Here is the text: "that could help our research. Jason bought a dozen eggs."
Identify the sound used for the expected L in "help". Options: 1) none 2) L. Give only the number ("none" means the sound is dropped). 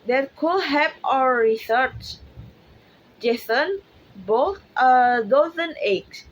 1